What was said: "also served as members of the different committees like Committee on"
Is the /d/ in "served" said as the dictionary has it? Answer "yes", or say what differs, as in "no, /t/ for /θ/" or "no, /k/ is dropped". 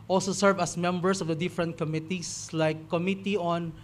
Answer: no, /d/ is dropped